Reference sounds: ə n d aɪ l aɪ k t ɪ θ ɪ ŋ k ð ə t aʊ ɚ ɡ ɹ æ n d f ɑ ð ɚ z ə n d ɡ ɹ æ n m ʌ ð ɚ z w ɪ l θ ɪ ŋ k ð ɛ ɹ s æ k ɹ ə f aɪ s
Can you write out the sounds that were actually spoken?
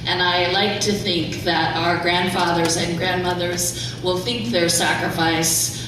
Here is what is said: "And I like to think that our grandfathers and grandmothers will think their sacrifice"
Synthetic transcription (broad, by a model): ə n aɪ l aɪ k t ɪ θ ɪ ŋ k ð ə t aʊ ɚ ɡ ɹ æ n d f ɑ ð ɚ z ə n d ɡ ɹ æ n m ʌ ð ɚ z w ɪ l θ ɪ ŋ k ð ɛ ɹ s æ k ɹ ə f aɪ s